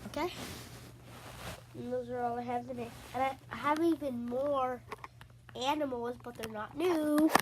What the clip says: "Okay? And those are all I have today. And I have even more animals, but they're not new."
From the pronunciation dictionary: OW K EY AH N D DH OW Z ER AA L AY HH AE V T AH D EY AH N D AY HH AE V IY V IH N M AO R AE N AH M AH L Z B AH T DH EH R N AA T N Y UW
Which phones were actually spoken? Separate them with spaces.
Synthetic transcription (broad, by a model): OW K EY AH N DH OW Z ER AA L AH HH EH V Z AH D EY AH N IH AY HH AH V IY V IH N M AO R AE N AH M L Z B AH T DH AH R N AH T N Y UW